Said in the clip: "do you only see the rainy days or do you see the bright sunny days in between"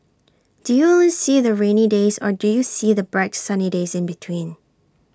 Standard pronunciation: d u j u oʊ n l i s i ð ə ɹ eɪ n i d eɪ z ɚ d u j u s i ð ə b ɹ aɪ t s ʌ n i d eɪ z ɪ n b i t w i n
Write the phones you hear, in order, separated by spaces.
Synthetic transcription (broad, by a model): d u j u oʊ l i s i ð ə ɹ eɪ n i d eɪ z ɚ d u j u s i ð ə b ɹ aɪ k s ʌ n i d eɪ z ɪ n b i t w i n